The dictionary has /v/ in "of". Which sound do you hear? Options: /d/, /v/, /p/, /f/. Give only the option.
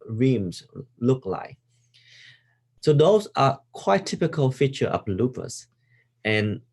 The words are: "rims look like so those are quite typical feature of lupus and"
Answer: /p/